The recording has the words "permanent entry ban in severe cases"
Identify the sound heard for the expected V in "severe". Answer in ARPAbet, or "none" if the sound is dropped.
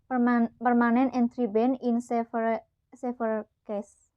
F